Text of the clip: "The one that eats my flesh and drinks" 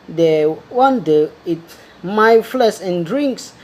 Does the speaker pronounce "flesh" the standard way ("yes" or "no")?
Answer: no